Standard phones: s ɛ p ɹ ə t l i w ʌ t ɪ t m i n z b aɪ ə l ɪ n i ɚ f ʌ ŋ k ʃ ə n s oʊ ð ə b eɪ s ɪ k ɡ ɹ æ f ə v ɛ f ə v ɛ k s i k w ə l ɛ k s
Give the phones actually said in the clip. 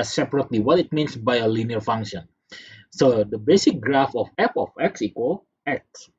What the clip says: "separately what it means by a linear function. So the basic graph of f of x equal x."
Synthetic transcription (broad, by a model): s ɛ p ɹ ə t l i w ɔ t ɪ t m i n s b aɪ ə l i n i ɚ f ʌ ŋ k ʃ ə n s oʊ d ə b eɪ s ɪ k ɡ ɹ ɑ f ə f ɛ p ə f ɛ k s i k w ə l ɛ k s